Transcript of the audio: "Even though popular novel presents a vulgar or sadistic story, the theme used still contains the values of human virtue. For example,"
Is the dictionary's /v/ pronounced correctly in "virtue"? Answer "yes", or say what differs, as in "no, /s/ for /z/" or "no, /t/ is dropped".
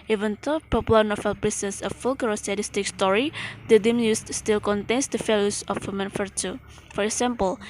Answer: no, /f/ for /v/